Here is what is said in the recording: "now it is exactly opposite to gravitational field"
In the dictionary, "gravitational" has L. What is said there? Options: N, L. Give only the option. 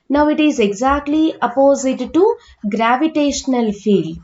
L